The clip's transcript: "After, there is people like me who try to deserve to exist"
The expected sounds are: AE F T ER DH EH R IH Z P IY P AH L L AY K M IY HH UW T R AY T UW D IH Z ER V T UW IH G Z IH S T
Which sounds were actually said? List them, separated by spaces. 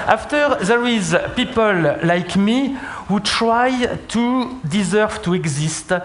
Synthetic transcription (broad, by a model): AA F T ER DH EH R IH Z P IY P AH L L AY K M IY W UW T R AY T UW D IH Z ER V T UW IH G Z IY S T